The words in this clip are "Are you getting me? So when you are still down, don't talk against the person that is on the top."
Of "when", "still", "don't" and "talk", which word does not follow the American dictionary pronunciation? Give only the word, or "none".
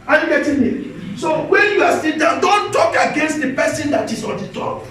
still